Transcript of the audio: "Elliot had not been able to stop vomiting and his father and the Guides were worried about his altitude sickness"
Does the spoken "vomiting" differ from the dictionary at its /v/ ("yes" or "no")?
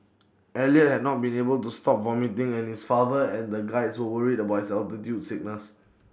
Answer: no